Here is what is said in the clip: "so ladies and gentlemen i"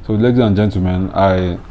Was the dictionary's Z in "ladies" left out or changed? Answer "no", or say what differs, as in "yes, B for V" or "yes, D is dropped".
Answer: yes, Z is dropped